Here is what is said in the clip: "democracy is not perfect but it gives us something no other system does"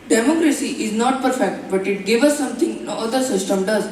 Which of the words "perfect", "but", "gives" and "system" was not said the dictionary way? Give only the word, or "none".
gives